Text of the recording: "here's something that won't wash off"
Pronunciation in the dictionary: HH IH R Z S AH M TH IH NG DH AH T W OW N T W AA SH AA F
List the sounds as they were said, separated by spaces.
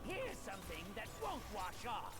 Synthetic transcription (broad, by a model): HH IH R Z S AH M TH IH NG DH AH T W OW N T W AA SH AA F